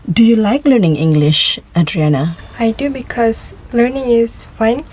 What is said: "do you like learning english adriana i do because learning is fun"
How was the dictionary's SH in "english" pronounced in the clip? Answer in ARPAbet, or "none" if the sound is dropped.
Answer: SH